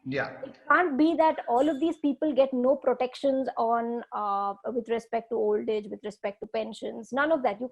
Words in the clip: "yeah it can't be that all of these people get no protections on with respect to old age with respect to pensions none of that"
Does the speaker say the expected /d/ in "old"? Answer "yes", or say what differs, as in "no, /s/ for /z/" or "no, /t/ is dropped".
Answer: yes